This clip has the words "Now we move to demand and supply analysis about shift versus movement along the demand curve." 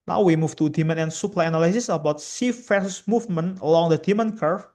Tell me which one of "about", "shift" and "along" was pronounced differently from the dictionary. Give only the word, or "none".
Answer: shift